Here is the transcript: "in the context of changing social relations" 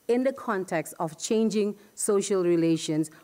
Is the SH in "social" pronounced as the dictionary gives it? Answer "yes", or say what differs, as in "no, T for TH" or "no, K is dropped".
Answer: yes